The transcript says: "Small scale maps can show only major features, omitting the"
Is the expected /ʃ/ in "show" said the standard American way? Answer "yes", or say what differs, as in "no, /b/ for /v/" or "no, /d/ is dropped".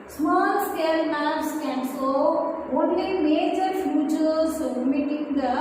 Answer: no, /s/ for /ʃ/